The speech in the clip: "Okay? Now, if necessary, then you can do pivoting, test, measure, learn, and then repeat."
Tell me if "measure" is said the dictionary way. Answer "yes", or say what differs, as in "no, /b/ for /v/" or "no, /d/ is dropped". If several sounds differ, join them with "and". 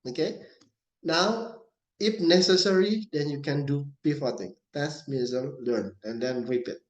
no, /z/ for /ʒ/